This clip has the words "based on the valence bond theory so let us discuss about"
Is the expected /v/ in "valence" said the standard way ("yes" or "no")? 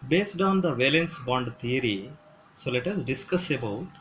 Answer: yes